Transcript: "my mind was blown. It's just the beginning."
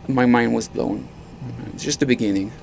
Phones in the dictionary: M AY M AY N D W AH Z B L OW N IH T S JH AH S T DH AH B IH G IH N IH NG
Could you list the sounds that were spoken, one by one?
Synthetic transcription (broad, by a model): M AY M AY N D W AH Z B L OW N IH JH AH S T DH AH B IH G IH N IH NG